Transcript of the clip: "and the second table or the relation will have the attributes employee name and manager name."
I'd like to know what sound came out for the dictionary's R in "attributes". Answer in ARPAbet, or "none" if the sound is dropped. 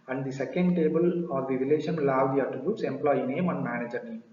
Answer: none